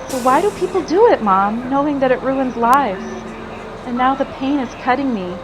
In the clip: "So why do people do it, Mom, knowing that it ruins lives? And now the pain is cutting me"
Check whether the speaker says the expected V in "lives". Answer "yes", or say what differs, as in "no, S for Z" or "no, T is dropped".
yes